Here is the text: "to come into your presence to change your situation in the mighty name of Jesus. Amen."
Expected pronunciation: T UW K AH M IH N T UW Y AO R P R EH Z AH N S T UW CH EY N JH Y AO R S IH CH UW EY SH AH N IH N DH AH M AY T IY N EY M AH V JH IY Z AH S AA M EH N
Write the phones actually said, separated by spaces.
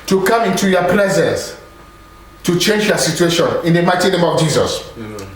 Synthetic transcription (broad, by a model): T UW K AH M IH N T UW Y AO P L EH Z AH N S T UW CH EY N JH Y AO S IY CH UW EY SH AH N IH N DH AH M AY T IY N EY M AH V JH IY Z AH S